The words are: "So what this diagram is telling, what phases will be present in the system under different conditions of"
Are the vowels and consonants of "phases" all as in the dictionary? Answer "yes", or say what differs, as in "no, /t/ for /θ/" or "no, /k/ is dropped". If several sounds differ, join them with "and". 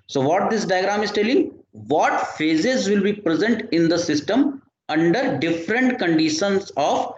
yes